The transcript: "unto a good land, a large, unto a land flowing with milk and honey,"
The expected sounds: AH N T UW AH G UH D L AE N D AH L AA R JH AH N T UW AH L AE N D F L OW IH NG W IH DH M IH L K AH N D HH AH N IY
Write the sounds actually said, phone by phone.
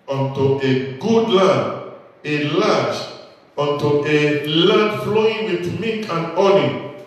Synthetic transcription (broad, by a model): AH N T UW AH G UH D L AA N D AH L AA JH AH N T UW AH L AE N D F L OW IH NG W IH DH M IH K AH N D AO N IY